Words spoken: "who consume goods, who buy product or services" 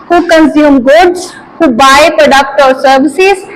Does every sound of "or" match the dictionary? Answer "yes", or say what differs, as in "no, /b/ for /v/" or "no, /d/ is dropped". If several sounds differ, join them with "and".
no, /l/ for /ɹ/